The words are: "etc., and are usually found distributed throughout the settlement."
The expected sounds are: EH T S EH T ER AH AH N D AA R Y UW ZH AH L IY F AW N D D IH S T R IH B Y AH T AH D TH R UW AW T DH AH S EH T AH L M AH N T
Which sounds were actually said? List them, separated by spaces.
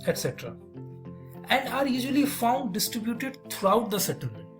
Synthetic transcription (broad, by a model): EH T S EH T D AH AH N D AA R Y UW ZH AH L IY F AW N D D IH S T R IH B Y AH T AH D T R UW AW T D AH S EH T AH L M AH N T